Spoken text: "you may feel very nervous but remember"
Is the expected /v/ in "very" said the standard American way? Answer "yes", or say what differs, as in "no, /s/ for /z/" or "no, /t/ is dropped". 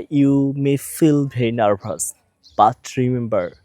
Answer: no, /b/ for /v/